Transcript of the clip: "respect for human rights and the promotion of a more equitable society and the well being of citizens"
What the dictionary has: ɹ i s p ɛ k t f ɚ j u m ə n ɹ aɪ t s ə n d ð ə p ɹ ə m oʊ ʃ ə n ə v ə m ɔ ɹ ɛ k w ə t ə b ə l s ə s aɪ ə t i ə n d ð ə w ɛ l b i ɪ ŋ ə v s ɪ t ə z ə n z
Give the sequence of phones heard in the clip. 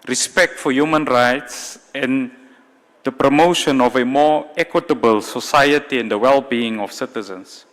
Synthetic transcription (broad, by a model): ɹ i s p ɛ k t f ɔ j u m ə n ɹ aɪ t s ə n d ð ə p ɹ ə m oʊ ʃ ə n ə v ə m ɔ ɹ ɛ k w ə t ə b ə l s ə s aɪ ə t i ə n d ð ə w ɛ l b i ɪ ŋ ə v s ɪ t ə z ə n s